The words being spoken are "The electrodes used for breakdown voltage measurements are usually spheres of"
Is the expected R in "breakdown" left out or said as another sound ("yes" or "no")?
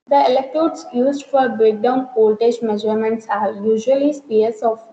no